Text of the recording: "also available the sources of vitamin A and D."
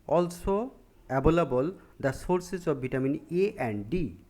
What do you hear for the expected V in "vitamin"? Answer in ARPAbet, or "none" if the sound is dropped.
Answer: B